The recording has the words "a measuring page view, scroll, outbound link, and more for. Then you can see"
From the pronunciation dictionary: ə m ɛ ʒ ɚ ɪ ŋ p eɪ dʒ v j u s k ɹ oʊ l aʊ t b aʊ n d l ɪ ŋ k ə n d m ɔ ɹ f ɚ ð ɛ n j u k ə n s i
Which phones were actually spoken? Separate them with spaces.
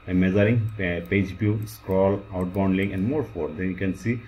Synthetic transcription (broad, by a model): m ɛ z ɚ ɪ ŋ p eɪ dʒ b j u s k ɹ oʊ l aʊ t b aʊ n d l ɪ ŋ ə n d m ɔ ɹ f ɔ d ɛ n j u k ə n s i